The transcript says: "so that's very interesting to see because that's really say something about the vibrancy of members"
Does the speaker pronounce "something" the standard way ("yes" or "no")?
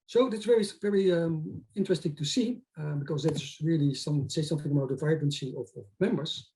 yes